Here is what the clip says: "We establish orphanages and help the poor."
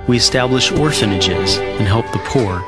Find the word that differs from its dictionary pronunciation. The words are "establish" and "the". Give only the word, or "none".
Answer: none